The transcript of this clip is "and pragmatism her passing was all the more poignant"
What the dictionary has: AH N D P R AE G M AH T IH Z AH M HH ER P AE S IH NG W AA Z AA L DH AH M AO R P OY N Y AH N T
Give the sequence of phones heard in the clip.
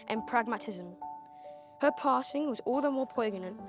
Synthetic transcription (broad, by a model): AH N P R AE G M AH T IH Z AH M HH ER P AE S IH NG W AA Z AA L DH AH M AO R P OY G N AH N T